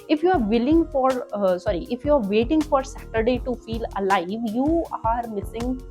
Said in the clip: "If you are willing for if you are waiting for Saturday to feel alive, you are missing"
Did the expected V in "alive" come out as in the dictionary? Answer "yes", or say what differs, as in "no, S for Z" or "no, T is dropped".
yes